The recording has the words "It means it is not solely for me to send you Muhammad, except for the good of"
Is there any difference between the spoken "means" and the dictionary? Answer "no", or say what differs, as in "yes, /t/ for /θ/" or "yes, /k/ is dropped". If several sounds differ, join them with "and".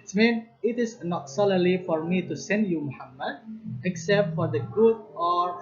yes, /z/ is dropped